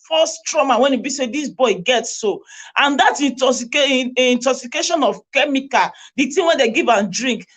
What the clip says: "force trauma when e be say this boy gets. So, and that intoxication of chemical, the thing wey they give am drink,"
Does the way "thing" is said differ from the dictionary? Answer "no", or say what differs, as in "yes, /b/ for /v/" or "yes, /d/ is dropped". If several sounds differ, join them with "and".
yes, /t/ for /θ/